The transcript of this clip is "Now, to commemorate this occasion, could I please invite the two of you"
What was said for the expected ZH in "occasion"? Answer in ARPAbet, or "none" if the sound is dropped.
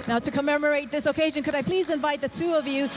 ZH